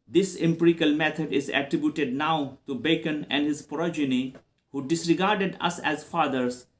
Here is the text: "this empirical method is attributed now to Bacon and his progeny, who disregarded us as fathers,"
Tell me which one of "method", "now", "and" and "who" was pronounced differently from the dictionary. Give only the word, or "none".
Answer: method